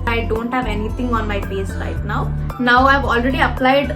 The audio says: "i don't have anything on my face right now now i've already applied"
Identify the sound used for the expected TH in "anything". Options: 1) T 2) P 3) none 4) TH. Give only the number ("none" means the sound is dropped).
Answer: 1